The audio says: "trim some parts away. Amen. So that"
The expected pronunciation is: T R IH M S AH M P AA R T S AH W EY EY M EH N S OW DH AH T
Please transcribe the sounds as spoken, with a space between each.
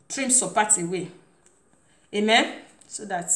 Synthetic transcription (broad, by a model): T R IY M S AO P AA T AH W EY EY M EH N S OW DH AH T